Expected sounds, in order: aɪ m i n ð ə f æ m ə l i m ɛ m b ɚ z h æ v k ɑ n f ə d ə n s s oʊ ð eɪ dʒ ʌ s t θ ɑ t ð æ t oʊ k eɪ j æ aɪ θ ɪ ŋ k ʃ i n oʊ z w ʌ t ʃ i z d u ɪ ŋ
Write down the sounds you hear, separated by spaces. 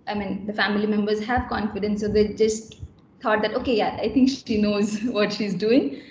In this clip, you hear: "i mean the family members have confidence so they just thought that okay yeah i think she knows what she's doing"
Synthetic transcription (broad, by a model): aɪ m i n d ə f æ m ə l i m ɛ m b ɚ z h æ v k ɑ n f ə d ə n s s oʊ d eɪ dʒ ʌ s t t ɑ t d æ t oʊ k eɪ j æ aɪ t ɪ ŋ k ʃ i n oʊ z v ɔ t ʃ i z d u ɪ ŋ